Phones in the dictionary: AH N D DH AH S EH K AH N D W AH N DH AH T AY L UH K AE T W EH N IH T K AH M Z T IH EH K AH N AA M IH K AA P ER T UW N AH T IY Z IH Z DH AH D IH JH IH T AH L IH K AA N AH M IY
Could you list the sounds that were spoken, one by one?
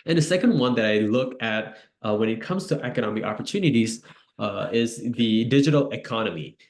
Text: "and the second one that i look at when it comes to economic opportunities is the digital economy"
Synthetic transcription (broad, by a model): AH N DH AH S EH K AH N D W AH N DH AH T AY L UH K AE T W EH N IH T K AH M Z T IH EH K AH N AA M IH K AA P ER T UW N AH T IY Z IH Z DH AH D IH JH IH T L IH K AA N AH M IY